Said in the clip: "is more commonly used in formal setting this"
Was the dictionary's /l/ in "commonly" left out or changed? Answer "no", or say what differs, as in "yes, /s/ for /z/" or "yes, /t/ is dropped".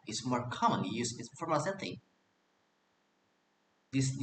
no